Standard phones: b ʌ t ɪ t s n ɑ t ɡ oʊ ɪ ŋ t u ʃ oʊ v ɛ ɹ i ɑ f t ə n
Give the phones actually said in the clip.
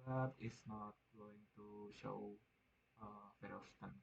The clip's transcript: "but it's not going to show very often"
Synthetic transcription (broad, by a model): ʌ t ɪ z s n ɑ t ɡ oʊ ɪ ŋ t u ʃ oʊ f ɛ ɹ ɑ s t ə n